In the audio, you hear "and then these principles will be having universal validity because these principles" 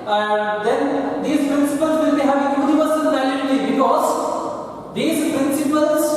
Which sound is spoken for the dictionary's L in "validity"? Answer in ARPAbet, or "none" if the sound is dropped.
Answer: none